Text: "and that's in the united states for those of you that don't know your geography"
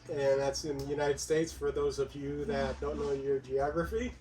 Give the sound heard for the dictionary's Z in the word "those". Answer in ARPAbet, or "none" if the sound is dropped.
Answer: Z